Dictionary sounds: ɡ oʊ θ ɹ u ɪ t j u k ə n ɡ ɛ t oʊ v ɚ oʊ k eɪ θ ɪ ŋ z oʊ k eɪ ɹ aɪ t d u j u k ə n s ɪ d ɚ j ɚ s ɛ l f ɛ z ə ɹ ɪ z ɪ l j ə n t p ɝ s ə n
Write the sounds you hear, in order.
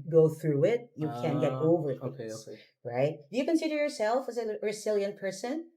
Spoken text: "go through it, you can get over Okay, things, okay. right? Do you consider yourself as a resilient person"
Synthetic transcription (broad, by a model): ɡ oʊ θ ɹ u ɪ t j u k ə n ɡ ɛ t oʊ v ɚ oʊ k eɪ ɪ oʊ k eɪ ɹ aɪ t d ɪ j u k ə n s ɪ d ɚ j ɚ s ɛ l f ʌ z ə ɹ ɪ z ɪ l j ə n p ɝ s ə n